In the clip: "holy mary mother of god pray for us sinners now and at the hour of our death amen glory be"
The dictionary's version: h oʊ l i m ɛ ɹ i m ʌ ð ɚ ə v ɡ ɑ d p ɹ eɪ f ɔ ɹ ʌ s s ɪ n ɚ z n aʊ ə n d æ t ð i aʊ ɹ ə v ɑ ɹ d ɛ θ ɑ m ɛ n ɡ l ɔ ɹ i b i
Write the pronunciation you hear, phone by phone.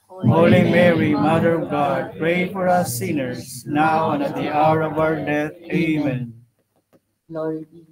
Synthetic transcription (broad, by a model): h oʊ l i m ɛ ɹ i m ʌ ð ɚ ə v ɡ ɑ d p ɹ eɪ f ɔ ɹ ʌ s s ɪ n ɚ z n aʊ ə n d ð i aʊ ɹ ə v ɑ ɹ d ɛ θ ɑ ɪ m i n